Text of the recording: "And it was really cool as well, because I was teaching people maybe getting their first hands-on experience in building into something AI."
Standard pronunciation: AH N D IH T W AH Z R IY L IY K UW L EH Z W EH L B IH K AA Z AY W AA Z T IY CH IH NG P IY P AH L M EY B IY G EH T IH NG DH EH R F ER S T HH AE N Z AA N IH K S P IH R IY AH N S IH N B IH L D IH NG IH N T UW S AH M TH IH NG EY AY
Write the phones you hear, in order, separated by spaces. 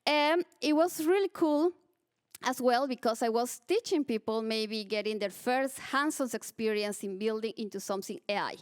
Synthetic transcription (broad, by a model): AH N IH T W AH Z R IY L IY K UW L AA S W EH L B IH K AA S AY W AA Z T IY CH IH NG P IY P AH L M EY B IY G EH T IH NG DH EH R F ER S T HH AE N S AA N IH K S P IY R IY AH N S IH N B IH L D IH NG IH N T UW S AH M TH IH NG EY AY